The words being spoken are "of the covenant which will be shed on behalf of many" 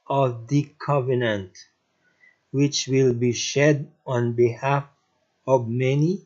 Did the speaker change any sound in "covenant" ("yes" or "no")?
no